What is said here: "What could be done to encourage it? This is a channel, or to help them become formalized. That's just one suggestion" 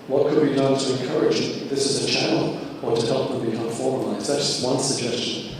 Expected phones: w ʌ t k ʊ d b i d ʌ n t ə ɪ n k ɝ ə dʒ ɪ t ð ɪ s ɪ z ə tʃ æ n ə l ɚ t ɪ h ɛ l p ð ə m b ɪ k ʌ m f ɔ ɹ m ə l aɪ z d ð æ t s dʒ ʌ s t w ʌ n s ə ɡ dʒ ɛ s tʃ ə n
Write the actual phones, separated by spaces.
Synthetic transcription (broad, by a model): w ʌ t k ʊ d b i d ʌ n t ə ɪ n k ɝ ə dʒ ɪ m ð ɪ s ɪ z ə tʃ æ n l ɚ t ɪ h ɛ l p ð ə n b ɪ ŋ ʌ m f ɔ ɹ m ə l aɪ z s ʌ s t w ʌ n s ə ɡ dʒ ɛ s tʃ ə n